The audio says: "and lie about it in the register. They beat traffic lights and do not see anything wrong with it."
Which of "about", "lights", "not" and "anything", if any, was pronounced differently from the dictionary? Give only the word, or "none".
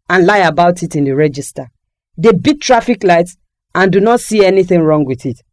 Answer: none